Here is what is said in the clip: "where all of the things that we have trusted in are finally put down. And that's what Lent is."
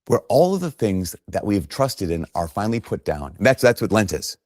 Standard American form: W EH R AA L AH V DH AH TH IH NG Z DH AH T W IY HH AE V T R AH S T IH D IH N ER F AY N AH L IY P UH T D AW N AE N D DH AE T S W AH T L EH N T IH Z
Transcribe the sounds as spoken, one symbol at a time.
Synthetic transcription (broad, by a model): W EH R AA L AH V DH AH TH IH NG Z DH AH T W IY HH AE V T R AH S T IH D IH N ER F AY N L IY P UH T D AW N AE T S DH AE T S W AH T L EH N T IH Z